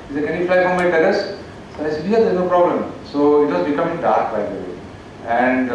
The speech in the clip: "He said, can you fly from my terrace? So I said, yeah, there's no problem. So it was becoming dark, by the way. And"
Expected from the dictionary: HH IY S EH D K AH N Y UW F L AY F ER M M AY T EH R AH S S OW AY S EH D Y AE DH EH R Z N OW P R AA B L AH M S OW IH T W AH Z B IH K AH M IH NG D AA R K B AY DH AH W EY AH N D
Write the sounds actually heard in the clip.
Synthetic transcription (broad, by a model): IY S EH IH K AH N Y UW F L AY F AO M M AY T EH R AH S S OW AY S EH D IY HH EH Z N OW P R AA B L AH M S OW IH T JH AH S B IH K AH M IH NG D AA R K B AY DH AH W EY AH N D